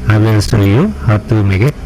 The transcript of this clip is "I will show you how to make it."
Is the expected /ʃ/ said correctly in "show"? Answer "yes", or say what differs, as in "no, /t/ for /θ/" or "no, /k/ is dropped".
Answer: no, /s/ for /ʃ/